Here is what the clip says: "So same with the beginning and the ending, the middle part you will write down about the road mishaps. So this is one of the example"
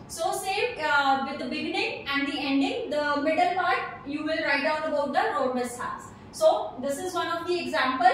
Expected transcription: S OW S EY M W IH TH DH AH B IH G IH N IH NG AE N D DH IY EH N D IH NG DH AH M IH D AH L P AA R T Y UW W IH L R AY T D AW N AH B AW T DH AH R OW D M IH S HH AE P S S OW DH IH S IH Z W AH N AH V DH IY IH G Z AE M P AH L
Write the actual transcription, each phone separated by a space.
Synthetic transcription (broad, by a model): S OW S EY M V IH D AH B IH G IH N IH NG AE N D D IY EH N D IH NG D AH M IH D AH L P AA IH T Y UW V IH L R AY T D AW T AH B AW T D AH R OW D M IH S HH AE S S OW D IH S IH Z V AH N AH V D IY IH G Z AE M P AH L